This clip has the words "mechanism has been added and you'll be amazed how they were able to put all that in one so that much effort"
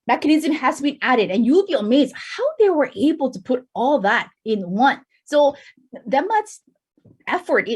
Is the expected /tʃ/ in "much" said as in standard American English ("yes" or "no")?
no